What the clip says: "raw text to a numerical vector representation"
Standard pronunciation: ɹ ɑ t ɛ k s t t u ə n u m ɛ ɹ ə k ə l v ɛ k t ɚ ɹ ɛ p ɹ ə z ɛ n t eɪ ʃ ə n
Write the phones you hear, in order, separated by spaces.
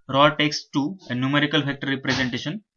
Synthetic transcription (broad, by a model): ɹ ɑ t ɛ k s t t u ə n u m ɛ ɹ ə k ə l f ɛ k t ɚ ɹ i p ɹ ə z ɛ n t eɪ ʃ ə n